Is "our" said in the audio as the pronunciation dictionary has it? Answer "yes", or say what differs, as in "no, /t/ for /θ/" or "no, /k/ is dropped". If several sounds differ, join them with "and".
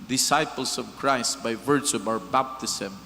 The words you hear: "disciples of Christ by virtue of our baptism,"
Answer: yes